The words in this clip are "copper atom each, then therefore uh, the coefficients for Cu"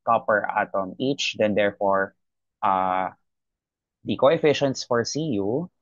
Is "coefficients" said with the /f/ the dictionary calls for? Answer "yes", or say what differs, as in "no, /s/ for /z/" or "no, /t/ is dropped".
yes